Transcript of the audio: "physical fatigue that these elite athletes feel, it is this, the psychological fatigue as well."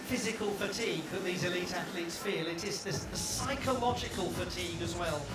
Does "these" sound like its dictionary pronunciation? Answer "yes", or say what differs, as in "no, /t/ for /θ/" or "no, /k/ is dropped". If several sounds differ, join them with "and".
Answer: yes